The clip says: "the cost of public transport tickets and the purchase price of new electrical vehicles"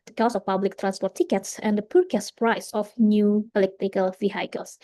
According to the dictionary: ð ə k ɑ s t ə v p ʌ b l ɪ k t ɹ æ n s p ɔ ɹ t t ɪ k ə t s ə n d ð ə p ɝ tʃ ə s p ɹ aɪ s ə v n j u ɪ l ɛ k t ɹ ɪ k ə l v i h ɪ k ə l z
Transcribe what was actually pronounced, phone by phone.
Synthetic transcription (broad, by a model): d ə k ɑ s ə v p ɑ b l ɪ k t ɹ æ n s p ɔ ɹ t t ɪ k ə t s ə n d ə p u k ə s p ɹ aɪ s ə f n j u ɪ l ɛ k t ɪ k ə l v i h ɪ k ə l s